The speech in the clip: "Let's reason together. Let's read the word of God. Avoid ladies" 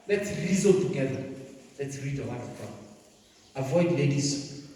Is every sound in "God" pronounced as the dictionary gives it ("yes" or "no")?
no